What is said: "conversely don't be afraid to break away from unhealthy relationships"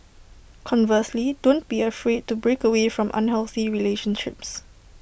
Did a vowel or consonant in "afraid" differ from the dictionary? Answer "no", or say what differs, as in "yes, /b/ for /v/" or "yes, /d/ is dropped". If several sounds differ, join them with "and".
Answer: no